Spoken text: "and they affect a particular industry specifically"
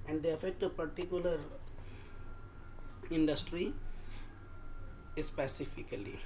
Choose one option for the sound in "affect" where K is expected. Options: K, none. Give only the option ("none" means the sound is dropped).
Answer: K